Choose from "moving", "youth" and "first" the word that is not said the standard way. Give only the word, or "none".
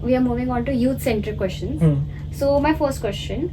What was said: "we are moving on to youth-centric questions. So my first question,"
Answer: youth